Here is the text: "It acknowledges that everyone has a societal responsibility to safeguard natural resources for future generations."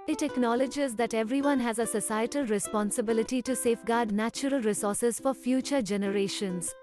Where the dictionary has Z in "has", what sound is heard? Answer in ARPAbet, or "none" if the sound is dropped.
Z